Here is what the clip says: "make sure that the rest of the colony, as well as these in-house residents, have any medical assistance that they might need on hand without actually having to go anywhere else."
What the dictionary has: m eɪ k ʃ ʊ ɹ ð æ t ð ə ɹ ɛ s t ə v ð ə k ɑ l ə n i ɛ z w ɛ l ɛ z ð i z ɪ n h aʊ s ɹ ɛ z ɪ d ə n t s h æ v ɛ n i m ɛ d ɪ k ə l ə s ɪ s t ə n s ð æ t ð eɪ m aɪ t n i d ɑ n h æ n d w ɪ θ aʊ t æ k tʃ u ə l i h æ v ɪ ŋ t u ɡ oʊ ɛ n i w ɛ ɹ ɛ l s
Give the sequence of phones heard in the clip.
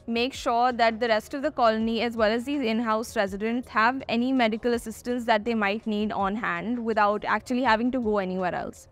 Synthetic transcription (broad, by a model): m eɪ k ʃ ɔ ɹ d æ t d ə ɹ ɛ s t ə v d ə k ɑ l ə n i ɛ z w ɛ l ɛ z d i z ɪ n h aʊ s ɹ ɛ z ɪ d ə n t s h æ v ɛ n i m ɛ d ɪ k ə l ə s ɪ s t ə n s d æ t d eɪ m aɪ t n i d ɑ n h æ n d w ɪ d aʊ t æ k tʃ u ə l i h æ v ɪ ŋ t u ɡ oʊ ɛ n i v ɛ ɹ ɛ l s